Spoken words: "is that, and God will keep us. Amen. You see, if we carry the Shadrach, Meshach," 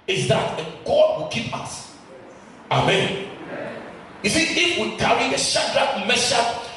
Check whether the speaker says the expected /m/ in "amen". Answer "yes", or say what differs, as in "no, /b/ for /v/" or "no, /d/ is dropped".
yes